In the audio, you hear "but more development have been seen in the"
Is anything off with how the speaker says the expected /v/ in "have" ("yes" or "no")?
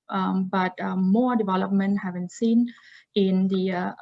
no